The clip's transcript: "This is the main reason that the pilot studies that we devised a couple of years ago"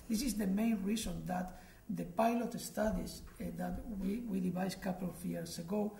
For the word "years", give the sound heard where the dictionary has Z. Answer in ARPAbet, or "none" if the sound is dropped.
S